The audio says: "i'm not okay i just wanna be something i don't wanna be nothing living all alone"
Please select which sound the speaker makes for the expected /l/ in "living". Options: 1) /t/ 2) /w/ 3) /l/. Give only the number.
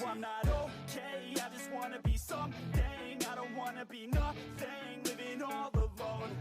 2